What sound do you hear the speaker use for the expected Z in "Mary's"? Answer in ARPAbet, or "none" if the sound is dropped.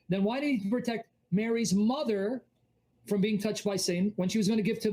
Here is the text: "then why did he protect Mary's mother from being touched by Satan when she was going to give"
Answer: Z